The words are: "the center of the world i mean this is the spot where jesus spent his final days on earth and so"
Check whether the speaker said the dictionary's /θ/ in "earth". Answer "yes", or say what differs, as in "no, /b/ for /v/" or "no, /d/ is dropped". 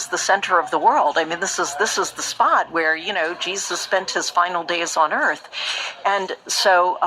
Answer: yes